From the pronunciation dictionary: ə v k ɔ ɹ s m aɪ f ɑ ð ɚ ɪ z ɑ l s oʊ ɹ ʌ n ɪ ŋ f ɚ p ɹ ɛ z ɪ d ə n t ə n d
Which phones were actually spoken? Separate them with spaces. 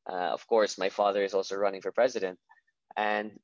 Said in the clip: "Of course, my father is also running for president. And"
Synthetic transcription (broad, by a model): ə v k ɔ ɹ s m aɪ f ɑ ð ɚ ɪ z ɑ l s oʊ ɹ ʌ n ɪ ŋ f ɚ p ɹ ɛ z ɪ d ə n t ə n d